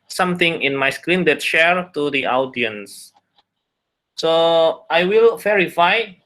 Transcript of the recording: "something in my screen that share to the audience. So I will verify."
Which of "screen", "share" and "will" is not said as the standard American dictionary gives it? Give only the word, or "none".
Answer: none